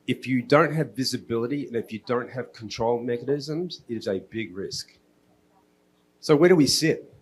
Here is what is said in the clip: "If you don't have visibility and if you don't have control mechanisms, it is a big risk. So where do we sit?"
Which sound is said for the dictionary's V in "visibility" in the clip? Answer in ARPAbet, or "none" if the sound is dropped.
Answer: V